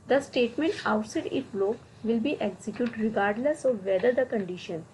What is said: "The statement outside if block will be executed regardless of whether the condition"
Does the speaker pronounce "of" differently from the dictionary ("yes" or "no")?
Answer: no